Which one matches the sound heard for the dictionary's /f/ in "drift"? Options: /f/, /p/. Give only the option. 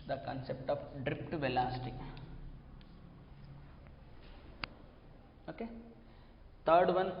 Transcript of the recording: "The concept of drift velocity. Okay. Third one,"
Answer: /p/